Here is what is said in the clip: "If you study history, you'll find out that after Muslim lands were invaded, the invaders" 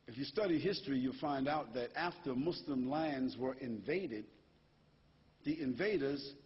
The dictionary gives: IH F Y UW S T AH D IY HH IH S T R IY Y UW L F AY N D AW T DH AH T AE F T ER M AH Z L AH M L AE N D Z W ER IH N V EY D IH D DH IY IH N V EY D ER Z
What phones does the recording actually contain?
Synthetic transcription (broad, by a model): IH F Y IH S T AH D IY HH IH S T R IY Y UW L F AY N D AW T DH AH T AE F T ER M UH S L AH M L AE N D Z W ER IH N V EY D IH D DH IY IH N V EY D ER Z